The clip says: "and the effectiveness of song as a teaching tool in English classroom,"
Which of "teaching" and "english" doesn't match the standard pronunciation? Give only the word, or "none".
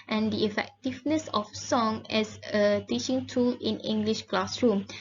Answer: none